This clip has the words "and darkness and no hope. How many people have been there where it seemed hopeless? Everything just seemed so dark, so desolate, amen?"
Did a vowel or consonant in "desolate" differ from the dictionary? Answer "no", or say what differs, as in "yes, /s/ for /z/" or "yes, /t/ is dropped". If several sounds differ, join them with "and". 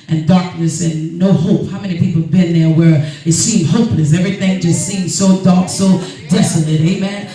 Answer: no